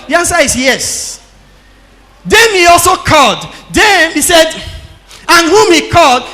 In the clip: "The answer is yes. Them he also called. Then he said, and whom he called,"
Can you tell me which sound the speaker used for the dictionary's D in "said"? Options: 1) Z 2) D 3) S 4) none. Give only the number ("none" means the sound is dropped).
2